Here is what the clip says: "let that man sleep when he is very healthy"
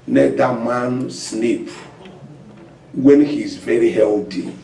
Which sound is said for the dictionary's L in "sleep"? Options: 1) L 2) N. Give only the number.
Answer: 2